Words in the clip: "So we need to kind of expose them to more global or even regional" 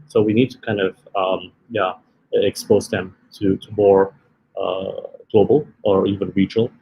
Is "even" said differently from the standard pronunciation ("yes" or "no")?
no